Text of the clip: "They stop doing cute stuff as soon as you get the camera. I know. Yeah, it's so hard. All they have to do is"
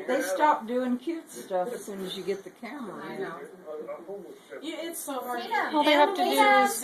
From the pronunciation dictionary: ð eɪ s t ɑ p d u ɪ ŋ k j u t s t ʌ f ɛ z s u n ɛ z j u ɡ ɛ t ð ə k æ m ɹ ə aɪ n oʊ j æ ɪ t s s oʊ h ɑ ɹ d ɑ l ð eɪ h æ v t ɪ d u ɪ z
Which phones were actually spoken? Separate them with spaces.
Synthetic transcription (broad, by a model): ð eɪ s t ɑ p d u ɪ ŋ k j u t s t ʌ f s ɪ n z j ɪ ɡ ɛ t ð ə k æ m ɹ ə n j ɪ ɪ t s s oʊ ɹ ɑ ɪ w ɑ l ð eɪ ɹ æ f t ɪ d u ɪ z